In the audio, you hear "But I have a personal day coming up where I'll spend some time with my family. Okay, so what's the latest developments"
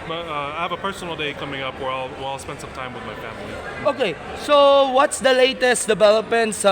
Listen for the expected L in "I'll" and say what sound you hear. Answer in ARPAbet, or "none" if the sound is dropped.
L